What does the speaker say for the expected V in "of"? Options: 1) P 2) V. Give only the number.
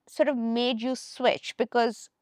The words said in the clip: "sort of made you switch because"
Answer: 2